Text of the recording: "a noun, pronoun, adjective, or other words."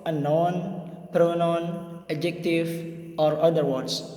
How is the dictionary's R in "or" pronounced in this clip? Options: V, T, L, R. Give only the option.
R